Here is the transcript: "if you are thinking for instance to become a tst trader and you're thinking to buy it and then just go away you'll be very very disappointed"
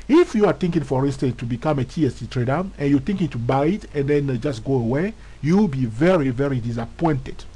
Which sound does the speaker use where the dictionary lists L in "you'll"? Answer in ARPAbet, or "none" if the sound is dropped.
W